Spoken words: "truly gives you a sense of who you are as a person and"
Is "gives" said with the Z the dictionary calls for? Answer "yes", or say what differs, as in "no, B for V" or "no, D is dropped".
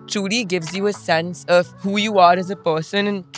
yes